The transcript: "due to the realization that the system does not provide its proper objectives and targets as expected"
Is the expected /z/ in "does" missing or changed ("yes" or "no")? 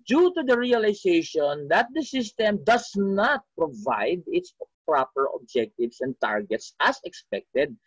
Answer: yes